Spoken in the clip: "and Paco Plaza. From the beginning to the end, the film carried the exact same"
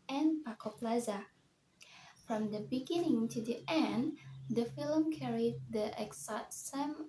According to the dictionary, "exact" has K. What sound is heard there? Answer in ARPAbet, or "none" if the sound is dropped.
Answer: none